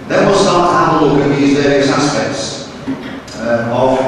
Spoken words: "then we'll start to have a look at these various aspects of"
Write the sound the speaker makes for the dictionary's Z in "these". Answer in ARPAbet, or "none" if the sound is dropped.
Z